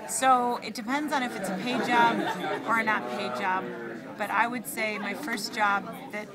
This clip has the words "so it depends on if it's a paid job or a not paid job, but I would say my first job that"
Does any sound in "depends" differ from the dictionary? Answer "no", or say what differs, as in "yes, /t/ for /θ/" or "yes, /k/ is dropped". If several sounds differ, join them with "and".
no